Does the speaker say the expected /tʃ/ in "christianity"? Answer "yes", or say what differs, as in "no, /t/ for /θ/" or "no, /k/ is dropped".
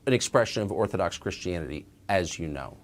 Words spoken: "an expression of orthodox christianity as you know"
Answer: yes